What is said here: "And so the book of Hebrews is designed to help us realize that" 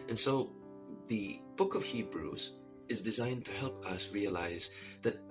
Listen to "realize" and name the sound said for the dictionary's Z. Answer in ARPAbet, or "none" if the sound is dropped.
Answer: Z